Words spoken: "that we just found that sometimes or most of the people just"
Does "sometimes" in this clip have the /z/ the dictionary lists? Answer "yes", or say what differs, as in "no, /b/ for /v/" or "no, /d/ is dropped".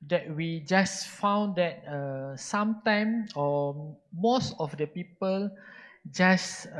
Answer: no, /z/ is dropped